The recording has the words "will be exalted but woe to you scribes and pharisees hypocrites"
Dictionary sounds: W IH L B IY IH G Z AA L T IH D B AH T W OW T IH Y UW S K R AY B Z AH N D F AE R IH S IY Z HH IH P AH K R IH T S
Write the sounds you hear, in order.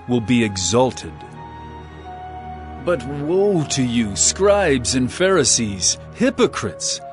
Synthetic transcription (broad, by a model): W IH L B IY IH G Z AA L T IH D B AH T W OW T IH Y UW S K R AY B Z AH N F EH R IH S IY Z HH IH P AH K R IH T S